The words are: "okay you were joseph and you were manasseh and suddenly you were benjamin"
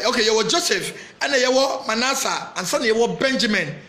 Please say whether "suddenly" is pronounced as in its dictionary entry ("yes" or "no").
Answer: no